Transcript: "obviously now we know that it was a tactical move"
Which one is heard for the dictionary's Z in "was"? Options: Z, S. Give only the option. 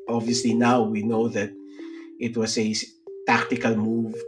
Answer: S